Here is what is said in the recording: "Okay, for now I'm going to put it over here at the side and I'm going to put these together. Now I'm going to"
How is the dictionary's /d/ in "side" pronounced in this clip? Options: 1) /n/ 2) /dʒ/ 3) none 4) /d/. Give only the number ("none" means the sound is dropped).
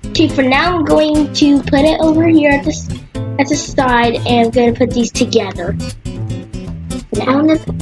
4